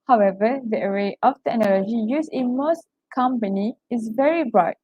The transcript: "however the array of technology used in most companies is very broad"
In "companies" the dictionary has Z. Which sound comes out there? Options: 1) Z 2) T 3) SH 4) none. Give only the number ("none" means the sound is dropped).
4